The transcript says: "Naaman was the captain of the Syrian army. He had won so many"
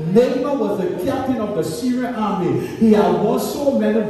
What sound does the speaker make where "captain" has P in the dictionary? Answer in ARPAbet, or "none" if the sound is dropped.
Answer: P